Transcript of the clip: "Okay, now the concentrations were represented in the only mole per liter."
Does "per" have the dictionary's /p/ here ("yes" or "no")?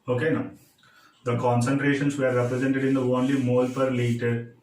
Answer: yes